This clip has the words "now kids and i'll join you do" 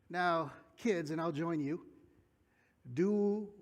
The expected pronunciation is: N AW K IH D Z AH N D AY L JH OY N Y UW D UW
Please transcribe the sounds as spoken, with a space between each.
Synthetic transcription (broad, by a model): N AW K IH D Z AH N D AY L JH OY N Y UW D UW